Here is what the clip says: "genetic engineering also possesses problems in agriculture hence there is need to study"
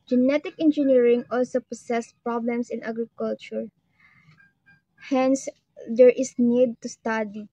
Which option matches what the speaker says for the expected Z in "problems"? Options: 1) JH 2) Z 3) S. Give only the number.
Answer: 3